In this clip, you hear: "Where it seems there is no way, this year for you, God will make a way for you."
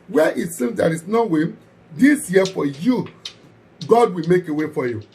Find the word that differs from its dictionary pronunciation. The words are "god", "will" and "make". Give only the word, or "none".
none